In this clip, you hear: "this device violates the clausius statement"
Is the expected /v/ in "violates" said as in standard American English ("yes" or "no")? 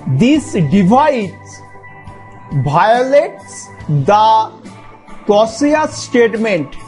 no